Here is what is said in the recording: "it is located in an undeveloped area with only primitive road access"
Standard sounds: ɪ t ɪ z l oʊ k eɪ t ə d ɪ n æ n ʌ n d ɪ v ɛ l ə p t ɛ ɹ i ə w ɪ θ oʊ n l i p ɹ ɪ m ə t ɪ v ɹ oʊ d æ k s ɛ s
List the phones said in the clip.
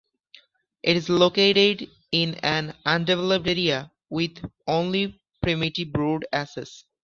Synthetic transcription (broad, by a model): ɪ t ɪ z l oʊ k eɪ t ə d ɪ n æ n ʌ n d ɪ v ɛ l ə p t ɛ ɹ i ə w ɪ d oʊ n l i p ɹ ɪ m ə t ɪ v ɹ oʊ d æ s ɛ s